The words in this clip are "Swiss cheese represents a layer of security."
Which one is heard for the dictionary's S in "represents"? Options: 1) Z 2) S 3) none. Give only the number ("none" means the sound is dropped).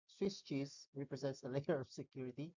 2